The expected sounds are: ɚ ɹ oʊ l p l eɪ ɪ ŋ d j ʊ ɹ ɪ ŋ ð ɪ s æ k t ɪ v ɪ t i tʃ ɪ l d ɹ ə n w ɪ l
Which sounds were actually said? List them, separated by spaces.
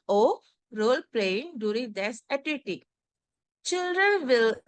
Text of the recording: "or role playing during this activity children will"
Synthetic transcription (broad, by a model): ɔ ɹ oʊ l p l eɪ ɪ ŋ d j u ɹ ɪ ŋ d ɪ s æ t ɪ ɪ t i tʃ ɪ l d ɹ ə n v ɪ l